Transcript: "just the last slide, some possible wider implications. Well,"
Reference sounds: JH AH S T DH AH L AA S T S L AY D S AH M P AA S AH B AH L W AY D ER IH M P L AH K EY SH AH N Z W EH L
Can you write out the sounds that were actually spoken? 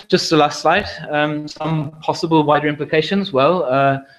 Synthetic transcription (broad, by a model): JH AH S T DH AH L AA S T S L AY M S AH M P AA S AH B AH L W AY D ER IH M P L AH K EY SH AH N Z W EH L